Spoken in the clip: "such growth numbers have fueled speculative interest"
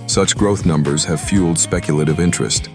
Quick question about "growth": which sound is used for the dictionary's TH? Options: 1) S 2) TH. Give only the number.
2